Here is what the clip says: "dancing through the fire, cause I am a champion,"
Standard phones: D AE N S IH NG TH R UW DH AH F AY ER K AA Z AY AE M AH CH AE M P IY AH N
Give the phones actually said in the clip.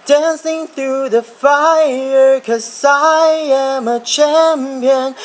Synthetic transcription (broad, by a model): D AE N S IH NG TH R UW DH AH F AY ER K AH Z AY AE M AH CH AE M P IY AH N